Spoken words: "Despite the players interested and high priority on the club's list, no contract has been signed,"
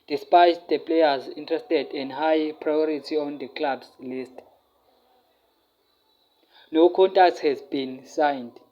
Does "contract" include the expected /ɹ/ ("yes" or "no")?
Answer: no